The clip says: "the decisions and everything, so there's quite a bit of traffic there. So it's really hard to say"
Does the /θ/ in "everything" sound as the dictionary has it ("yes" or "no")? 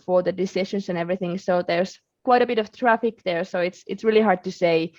yes